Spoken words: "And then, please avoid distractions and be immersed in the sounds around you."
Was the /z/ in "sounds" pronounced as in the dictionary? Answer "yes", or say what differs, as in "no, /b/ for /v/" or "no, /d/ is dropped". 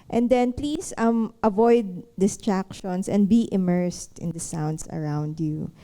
no, /s/ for /z/